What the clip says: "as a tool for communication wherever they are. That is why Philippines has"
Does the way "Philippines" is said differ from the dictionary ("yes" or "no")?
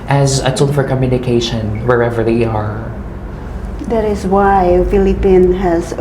yes